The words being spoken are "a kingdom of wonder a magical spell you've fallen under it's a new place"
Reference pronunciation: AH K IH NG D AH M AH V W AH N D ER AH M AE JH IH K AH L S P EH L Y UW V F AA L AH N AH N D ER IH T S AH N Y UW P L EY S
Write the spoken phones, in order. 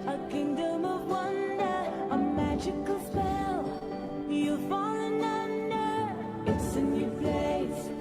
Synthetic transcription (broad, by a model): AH K IH NG D AH M AH V W AH N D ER AH M AE JH IH K AH L S P EH L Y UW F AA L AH N AH N D ER IH T S AH N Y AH P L EY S